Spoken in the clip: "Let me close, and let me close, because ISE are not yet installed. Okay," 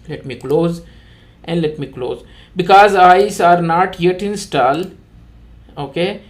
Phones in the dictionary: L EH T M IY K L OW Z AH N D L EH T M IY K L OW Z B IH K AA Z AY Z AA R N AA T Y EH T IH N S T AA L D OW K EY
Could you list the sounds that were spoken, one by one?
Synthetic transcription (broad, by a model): L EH T M IY K L OW Z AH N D L EH T M IY K L OW Z B IH K AA Z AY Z AA R N AA T Y EH T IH N S T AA L OW K EY